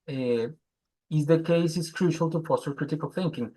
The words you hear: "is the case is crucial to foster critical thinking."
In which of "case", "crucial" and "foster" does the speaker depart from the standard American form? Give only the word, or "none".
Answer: foster